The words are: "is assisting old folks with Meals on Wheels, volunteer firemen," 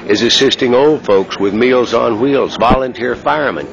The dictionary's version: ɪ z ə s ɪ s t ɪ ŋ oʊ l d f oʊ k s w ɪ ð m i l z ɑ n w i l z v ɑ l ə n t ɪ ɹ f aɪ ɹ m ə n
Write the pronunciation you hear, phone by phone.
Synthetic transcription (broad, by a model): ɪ z ə s ɪ s t ɪ ŋ oʊ l d f oʊ k s w ɪ ð m i l z n w i l z v ɑ l ə n t ɪ ɹ f aɪ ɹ m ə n